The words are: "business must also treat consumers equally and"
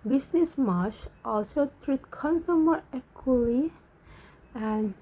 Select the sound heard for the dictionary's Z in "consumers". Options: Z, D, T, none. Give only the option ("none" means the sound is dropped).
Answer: none